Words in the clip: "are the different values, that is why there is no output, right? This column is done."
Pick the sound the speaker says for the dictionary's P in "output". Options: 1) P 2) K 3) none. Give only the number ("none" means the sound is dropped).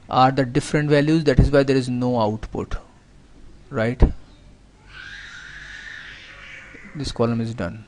1